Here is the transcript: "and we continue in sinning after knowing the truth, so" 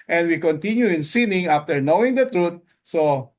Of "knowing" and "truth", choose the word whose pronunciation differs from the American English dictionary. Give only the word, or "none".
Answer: truth